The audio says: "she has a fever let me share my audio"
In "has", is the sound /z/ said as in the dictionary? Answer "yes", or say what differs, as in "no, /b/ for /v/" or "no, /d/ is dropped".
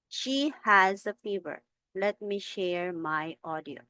yes